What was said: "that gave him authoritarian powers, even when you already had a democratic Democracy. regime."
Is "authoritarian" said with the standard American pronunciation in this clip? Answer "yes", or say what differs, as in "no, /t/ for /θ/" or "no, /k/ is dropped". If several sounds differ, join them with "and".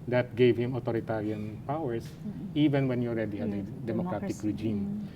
no, /t/ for /θ/